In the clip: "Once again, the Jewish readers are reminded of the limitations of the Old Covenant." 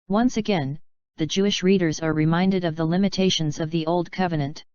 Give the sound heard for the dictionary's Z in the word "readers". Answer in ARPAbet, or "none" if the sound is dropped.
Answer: Z